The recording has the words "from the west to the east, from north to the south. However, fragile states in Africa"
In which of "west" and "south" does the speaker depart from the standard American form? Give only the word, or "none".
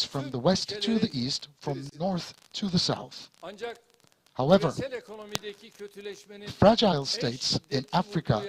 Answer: none